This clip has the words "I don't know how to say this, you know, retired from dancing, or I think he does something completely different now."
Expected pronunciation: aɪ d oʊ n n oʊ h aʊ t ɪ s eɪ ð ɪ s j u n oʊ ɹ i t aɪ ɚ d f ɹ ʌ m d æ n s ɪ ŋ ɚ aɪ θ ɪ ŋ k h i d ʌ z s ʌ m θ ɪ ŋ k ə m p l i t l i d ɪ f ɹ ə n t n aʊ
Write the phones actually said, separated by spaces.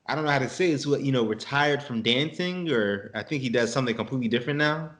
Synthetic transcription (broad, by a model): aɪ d oʊ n n oʊ h aʊ t ɪ s eɪ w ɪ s j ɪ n oʊ ɹ i t aɪ ɚ d f ɹ ʌ m d æ n s ɪ ŋ ɚ aɪ θ ɪ ŋ k h i d ʌ z s ʌ m θ ɪ ŋ k ə m p l i t l i d ɪ f ɹ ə n n aʊ